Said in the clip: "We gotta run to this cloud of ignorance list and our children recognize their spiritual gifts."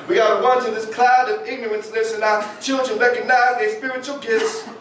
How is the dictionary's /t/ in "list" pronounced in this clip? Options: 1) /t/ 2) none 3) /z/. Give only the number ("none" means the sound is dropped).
2